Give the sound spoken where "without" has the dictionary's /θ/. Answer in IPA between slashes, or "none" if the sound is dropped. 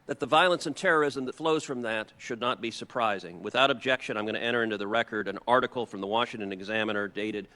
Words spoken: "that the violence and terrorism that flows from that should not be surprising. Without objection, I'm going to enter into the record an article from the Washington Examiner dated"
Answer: /θ/